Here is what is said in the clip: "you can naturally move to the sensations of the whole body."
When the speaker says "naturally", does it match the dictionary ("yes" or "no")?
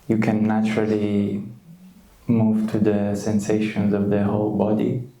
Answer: yes